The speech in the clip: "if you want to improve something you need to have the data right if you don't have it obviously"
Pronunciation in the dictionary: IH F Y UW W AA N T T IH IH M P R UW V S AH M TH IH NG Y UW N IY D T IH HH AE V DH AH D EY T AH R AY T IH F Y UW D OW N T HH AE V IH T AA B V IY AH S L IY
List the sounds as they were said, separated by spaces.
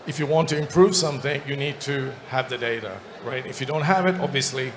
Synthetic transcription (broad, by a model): IH F Y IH W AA N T T IH IH M P R UW V S AH M TH IH NG Y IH N IY D T IH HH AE V DH AH D EY T AH R AY T IH F Y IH D OW N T HH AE V IH T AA B V IY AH S L IY